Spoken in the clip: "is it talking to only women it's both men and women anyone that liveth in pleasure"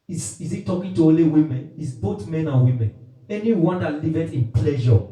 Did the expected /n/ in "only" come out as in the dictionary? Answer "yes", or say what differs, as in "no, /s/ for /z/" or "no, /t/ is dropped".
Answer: no, /n/ is dropped